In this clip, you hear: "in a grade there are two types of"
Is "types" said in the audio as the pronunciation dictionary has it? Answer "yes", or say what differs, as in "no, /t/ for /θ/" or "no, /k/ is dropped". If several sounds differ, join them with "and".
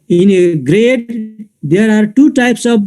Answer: yes